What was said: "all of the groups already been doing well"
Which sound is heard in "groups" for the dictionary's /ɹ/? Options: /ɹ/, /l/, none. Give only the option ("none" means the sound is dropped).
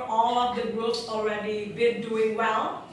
none